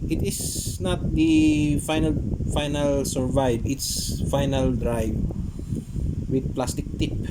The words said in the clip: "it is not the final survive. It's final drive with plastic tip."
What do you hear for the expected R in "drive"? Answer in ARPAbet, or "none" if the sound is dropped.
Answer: R